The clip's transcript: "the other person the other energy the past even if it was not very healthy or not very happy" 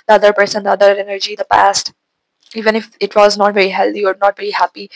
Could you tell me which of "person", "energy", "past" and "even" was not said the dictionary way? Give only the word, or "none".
none